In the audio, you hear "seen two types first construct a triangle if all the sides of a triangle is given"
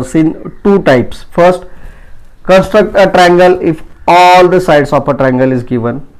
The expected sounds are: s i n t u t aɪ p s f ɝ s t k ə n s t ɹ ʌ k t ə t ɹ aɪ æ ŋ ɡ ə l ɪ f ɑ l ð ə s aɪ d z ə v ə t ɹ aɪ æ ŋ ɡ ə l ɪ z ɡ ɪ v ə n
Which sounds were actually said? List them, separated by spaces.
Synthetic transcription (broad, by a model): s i n t u t aɪ p s f ɝ s t k ə n s t ɹ ʌ k t ə t ɹ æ ŋ ɡ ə l ɪ f ɑ l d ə s aɪ d s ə p ə t ɹ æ ŋ ɡ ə l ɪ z ɡ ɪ v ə n